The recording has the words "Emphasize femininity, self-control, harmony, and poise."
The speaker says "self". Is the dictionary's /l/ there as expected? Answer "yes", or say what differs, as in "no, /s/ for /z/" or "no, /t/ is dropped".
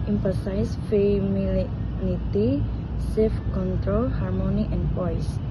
no, /l/ is dropped